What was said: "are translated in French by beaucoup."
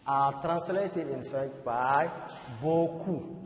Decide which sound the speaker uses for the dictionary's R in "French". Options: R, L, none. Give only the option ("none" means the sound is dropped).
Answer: none